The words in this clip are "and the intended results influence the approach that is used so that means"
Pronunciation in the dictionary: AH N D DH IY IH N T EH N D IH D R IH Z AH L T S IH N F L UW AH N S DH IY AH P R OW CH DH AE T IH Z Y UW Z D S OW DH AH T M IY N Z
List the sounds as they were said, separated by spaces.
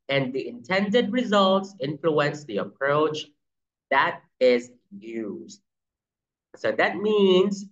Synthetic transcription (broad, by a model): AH N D DH IY IH N T EH N D IH D R IH Z AH L T S IH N F L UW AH N S DH IY AH P R OW CH DH AE T IH Z Y UW Z D S OW DH AH T M IY N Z